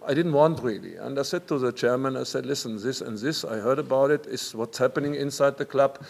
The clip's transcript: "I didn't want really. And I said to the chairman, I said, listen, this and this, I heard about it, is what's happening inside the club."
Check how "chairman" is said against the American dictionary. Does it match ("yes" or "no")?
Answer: yes